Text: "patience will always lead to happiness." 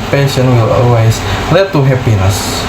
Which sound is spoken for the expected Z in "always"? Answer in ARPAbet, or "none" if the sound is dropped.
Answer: S